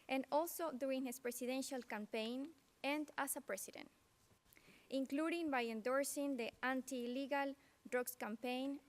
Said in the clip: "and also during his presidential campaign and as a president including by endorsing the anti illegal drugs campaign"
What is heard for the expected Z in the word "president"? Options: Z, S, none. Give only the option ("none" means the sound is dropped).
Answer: S